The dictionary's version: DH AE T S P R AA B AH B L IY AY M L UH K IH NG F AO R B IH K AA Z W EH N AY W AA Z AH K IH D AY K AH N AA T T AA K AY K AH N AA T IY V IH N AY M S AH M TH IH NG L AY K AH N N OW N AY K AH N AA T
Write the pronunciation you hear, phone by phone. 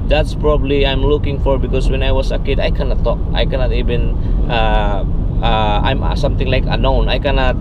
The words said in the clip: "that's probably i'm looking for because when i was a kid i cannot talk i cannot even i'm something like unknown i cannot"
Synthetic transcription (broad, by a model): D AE T S P R AA B AH B L IY AY M L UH K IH NG F AO R B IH K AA S W EH N AY W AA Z AH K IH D AY K AH N AA T T AA K AY K AH N AA T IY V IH N AY M S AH M T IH NG L AY K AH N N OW N AY K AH N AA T